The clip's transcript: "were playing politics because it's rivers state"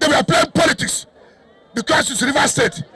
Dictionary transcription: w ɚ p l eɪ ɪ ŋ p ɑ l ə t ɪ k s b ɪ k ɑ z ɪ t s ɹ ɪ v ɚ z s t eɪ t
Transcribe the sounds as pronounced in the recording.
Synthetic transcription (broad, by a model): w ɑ p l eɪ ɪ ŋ p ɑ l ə t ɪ k s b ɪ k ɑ s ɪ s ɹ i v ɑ s t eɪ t